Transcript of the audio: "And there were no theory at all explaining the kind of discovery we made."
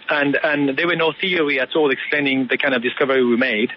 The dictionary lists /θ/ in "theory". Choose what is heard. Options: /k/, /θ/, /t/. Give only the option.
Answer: /θ/